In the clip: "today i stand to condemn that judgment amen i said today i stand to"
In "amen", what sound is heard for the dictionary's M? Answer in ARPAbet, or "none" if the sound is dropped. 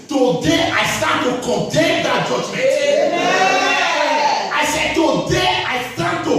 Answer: none